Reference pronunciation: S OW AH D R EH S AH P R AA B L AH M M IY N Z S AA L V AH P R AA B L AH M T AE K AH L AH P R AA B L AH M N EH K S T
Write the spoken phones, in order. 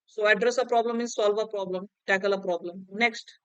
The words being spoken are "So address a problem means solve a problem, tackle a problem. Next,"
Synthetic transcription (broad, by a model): S OW AH D R EH S AH P R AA B L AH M M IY Z S AA L V AH P R AA B L AH M T AE K AH L AH P R AA B L AH M N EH K S T